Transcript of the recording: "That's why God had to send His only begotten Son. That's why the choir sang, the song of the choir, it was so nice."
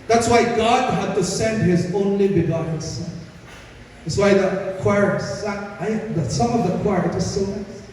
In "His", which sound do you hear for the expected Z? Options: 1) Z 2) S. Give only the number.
1